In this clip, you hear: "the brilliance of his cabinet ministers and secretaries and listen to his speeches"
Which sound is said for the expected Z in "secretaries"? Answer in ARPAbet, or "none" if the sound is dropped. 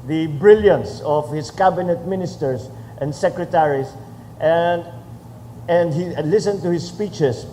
S